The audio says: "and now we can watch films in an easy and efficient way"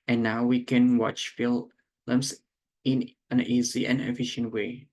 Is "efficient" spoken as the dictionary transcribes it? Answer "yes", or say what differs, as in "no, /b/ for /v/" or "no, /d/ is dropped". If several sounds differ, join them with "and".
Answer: yes